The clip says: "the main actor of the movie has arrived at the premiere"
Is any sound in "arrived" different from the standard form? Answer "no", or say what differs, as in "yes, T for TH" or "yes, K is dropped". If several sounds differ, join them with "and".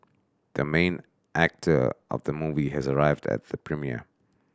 no